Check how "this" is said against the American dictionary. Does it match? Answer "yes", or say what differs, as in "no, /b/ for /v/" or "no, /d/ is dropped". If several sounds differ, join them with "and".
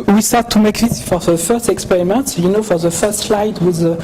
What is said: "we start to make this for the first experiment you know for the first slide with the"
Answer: no, /s/ is dropped